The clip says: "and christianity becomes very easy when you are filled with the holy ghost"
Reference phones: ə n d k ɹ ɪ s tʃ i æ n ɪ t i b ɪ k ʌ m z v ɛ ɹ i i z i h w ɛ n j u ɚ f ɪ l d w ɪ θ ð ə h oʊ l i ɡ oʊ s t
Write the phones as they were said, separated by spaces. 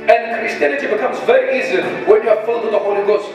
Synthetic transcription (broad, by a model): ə n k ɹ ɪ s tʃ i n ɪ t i b ɪ k ʌ m z v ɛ ɹ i i z i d w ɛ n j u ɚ f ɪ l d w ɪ ð ə h oʊ l i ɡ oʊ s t